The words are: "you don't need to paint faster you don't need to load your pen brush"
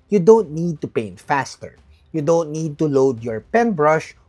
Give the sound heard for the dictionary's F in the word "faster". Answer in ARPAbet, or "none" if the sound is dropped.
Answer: F